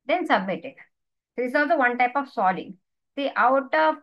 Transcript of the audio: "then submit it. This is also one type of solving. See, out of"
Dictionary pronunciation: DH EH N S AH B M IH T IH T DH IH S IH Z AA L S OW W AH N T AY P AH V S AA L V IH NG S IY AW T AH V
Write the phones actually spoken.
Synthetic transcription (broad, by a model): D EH N S AH B M IH T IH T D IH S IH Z AA L S OW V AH N T AY P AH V S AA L IH NG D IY AW T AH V